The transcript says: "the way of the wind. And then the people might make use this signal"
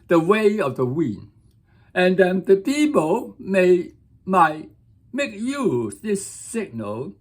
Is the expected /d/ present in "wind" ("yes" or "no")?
no